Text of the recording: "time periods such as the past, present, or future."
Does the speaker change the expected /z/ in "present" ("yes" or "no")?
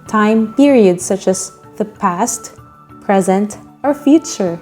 no